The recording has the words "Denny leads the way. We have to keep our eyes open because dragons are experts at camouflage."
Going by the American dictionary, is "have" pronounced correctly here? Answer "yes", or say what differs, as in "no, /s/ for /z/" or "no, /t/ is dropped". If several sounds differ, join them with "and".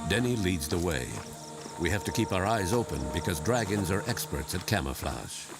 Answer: no, /f/ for /v/